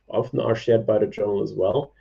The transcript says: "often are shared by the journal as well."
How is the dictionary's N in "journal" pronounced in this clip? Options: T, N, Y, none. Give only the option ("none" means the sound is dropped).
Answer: none